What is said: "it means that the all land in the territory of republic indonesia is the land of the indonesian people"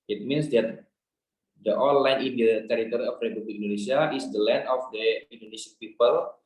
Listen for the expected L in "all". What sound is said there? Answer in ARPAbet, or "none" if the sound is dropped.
N